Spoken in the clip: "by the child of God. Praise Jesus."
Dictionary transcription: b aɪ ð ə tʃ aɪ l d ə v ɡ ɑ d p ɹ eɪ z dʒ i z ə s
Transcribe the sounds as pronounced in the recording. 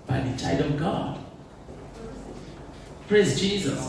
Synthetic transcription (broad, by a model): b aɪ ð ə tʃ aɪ d ə v ɡ ɑ d p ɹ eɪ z dʒ i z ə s